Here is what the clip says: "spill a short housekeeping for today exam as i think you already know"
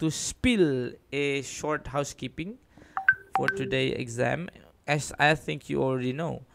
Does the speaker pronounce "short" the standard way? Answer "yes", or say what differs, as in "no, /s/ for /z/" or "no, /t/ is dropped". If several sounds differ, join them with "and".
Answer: yes